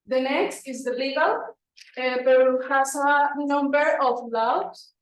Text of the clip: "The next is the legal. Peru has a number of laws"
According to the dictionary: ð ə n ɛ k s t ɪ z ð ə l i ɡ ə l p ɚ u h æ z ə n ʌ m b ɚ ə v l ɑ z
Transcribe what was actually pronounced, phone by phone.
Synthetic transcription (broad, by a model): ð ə n ɛ k s t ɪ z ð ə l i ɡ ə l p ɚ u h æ s ə n ʌ m b ɚ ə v l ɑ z